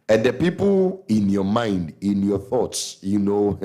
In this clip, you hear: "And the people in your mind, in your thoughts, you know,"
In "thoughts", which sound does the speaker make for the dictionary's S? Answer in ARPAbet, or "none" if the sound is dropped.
S